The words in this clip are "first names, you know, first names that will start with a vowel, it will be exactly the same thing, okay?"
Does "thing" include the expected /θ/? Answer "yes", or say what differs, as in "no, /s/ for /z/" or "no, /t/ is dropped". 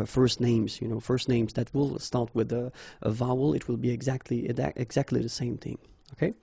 yes